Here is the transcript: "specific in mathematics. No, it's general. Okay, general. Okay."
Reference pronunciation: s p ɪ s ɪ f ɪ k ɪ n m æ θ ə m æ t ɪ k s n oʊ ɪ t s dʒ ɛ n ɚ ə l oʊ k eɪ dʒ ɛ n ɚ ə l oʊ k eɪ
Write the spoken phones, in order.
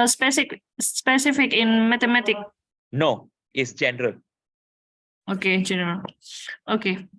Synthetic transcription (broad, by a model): s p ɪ s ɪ f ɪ k ɪ n m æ t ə m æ t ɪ k n oʊ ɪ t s dʒ ɛ n ɚ ə l oʊ k eɪ dʒ ɛ n ɚ ə l oʊ k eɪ